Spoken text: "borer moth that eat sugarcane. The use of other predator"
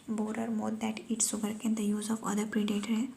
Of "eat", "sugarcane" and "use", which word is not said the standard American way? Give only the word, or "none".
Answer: sugarcane